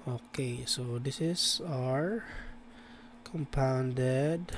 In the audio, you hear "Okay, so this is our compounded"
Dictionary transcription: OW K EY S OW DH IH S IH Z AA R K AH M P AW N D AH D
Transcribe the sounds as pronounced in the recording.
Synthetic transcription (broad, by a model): OW K EY S OW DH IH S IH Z AA R K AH M P AW N D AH D